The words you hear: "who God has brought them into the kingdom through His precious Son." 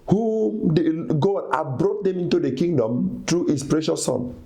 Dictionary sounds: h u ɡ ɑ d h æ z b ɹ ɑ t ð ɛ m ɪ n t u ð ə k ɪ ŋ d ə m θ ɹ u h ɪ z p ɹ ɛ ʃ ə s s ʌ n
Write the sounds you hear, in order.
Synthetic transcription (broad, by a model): h u ɡ ɑ d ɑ b ɹ ɑ t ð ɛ m ɪ n t u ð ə k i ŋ d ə m t ɹ u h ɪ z p ɹ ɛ ʃ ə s s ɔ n